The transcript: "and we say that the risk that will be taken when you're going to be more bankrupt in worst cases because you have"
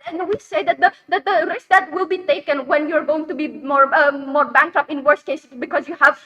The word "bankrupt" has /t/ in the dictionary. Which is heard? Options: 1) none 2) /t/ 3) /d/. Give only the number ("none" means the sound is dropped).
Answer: 1